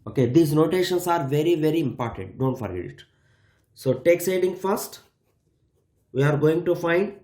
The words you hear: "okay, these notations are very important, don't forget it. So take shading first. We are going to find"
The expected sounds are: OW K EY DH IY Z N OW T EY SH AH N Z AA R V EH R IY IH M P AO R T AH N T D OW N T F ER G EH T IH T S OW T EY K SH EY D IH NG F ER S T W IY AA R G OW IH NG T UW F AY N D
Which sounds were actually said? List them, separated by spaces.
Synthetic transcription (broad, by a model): OW K EY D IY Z N OW T EY SH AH N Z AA R V EH R IY IH M P AO R T AH N T D OW N T F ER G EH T IH T S OW T EY K S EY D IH NG F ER S T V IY AA R G OW IH NG T UW F AY N D